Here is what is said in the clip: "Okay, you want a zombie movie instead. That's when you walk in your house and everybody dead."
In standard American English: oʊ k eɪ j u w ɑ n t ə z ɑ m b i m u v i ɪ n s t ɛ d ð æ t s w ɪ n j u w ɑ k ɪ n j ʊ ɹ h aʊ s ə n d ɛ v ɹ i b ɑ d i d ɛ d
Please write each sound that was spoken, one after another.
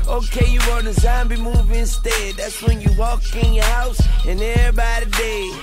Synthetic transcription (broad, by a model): oʊ k eɪ j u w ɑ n ə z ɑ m b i m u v ɪ n s t ɛ d ð æ t s w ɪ n j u w ɑ k ɪ n j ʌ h h aʊ s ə n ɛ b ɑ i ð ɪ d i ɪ